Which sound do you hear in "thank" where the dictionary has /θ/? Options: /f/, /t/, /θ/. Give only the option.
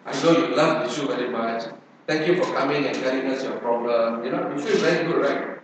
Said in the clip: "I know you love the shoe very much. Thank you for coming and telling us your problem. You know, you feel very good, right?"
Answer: /t/